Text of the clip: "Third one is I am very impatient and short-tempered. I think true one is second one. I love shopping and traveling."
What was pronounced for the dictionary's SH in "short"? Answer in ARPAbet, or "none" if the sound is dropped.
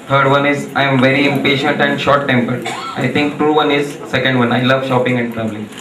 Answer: SH